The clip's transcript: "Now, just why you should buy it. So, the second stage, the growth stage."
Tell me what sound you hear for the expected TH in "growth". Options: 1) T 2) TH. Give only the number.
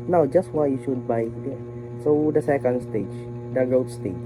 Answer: 1